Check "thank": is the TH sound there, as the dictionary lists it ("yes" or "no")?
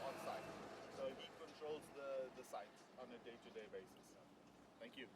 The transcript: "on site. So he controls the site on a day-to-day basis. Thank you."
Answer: no